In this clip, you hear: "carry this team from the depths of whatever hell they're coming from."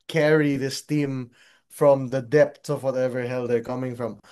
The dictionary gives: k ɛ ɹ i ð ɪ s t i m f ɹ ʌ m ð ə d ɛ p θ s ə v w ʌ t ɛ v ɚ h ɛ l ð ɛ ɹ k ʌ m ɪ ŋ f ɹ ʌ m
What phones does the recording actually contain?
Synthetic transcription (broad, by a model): k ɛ ɹ i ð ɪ s t i m f ɹ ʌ m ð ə d ɛ p t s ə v w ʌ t ɛ v ɚ h ɛ l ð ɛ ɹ k ʌ m ɪ ŋ f ɹ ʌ m